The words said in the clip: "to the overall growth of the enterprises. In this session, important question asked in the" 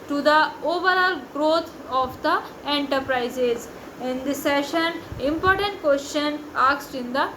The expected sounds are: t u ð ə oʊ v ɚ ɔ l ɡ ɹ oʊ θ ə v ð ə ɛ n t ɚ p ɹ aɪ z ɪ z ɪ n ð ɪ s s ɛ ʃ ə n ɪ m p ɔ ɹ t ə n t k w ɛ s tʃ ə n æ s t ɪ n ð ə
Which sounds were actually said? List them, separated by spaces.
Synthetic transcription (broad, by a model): t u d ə oʊ v ɚ ɔ l ɡ ɹ oʊ t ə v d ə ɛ n t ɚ p ɹ aɪ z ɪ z ɪ n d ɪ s s ɛ ʃ ə n ɪ m p ɔ ɹ t ə n t k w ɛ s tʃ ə n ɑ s t ɪ n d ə